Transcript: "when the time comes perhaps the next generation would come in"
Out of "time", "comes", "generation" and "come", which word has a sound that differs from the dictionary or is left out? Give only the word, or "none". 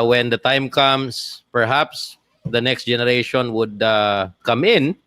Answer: comes